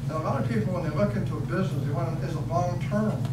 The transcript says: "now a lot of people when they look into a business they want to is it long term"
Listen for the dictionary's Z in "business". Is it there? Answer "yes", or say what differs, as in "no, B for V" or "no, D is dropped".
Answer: yes